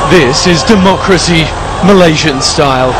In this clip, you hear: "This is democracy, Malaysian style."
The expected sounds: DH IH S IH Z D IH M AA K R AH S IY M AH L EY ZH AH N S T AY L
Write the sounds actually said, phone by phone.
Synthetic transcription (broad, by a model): DH IH S IH Z D IH M AA K R AH S IY M AH L EY ZH AH N S T AY L